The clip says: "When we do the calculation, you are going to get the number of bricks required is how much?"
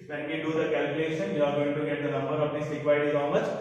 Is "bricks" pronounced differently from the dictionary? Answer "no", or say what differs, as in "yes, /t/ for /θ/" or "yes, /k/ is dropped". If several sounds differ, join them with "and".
yes, /k/ is dropped